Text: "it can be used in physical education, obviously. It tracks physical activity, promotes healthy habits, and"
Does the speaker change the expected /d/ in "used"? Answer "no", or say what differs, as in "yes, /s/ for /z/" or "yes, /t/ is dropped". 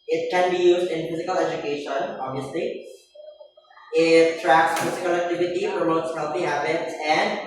no